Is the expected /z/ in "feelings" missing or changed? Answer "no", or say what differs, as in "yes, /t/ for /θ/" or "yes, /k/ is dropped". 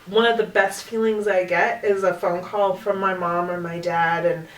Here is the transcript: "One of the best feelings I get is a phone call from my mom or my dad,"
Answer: no